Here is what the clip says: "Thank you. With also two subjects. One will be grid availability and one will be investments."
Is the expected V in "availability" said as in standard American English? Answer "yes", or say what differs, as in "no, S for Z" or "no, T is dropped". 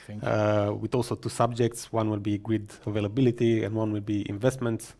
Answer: yes